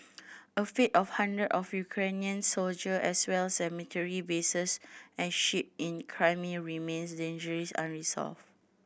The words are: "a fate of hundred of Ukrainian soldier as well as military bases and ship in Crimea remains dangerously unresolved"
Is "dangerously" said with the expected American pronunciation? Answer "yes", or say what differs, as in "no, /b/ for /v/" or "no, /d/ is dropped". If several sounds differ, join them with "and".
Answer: no, /l/ is dropped